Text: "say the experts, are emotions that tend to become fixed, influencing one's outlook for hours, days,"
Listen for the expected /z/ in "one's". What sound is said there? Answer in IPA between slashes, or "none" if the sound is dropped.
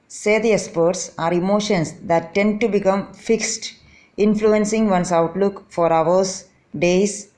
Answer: /s/